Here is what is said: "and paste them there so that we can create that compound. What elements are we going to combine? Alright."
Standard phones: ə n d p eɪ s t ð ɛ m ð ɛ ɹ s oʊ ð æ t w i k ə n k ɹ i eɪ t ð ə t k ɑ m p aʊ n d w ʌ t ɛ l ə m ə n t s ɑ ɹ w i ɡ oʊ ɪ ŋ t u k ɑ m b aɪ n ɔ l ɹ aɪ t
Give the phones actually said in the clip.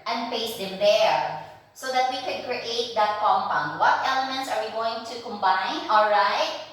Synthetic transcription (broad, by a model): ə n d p eɪ s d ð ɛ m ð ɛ ɹ s oʊ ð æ t w i k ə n k ɹ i eɪ t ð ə t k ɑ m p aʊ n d w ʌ t ɛ l ə m ə n t s ɑ ɹ w i ɡ oʊ ɪ ŋ t u k ɑ m b aɪ n ɔ l ɹ aɪ t